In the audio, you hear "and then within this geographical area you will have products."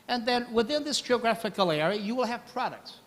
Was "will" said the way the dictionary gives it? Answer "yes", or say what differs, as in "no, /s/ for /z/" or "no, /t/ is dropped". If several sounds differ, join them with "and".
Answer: yes